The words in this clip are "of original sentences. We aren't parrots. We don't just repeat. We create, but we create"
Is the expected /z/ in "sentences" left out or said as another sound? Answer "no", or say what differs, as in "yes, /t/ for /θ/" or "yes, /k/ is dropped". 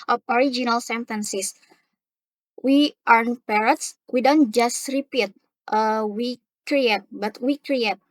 yes, /s/ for /z/